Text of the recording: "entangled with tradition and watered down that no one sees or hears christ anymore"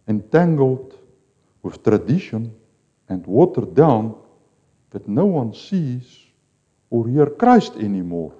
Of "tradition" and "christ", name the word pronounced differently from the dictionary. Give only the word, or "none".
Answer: none